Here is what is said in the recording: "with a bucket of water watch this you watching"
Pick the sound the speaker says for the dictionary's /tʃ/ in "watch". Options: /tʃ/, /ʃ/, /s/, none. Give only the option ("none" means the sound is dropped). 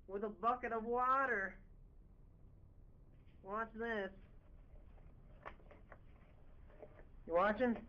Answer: /s/